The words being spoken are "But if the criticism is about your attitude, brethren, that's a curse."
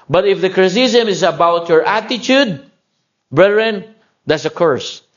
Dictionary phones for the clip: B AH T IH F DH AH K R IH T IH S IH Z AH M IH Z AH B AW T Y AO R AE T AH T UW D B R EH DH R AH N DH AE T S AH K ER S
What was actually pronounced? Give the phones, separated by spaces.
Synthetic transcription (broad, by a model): B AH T IH F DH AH K R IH S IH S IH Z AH M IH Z AH B AW T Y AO R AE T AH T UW D B R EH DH R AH N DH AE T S AH K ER S